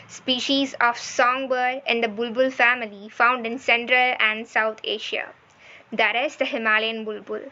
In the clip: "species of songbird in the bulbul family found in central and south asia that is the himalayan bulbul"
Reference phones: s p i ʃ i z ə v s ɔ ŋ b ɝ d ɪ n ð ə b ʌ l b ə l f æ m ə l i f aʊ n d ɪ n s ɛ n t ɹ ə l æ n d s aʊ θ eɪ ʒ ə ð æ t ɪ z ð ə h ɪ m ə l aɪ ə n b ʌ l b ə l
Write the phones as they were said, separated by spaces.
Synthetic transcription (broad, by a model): s p i ʃ i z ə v s ɔ ŋ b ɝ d ɪ n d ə b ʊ l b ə l f æ m ə l i f aʊ n d ɪ n s ɛ n t ɹ ə l æ n d s aʊ t eɪ ʃ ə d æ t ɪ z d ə h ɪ m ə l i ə n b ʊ l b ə l